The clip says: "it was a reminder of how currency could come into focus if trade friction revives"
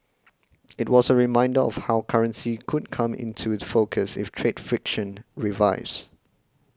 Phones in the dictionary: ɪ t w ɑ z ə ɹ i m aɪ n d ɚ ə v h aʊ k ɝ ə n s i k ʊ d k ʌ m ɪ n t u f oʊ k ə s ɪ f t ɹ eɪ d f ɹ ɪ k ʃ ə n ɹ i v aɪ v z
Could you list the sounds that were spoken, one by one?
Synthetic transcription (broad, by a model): ɪ t w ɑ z ə ɹ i m aɪ n d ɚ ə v h aʊ k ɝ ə n s i k ʊ d k ʌ m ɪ n t u f oʊ k ə s ɪ f t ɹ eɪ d f ɹ ɪ k ʃ ə n ɹ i v aɪ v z